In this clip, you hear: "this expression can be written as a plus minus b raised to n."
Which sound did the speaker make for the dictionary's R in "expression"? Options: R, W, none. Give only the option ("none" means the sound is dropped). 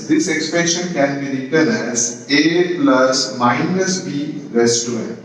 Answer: none